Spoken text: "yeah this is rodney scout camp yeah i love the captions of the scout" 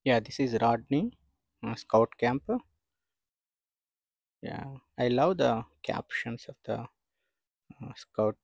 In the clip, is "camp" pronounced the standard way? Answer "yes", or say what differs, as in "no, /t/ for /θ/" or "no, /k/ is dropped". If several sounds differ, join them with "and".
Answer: yes